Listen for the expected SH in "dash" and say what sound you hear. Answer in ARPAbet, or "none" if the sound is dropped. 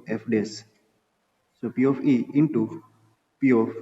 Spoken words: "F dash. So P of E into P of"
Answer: S